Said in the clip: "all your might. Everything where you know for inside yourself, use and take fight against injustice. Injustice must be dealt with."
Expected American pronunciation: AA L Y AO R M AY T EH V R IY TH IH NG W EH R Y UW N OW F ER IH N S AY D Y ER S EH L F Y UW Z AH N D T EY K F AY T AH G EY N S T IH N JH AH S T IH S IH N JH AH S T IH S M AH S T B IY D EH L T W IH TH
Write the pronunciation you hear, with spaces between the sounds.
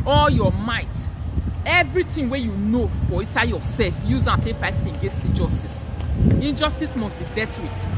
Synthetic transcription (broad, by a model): AA L Y AO M AY T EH V R IY T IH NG W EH Y UW N OW F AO IH N S AY D Y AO S EH L F Y UW Z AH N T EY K F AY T AH G EY N S T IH N JH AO S T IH S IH N JH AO S T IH S M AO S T B IY D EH T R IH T